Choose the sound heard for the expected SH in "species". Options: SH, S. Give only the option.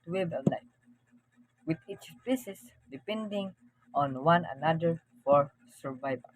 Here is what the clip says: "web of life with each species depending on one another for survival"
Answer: S